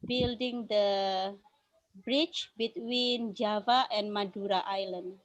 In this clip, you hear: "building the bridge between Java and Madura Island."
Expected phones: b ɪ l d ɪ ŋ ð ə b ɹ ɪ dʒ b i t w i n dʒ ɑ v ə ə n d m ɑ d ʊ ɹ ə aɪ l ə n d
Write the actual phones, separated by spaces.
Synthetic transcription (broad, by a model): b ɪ l d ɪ ŋ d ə b ɹ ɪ tʃ b i t w i n dʒ ɑ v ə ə n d m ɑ d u ɹ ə aɪ l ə n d